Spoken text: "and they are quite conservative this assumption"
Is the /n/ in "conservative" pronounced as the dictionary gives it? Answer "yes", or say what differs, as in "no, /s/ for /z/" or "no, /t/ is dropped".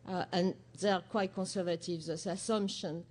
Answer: yes